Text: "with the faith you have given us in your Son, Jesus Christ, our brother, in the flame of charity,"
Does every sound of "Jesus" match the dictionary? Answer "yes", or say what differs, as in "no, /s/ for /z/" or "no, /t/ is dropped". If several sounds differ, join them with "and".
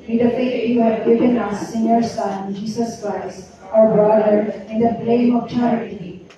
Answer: no, /s/ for /z/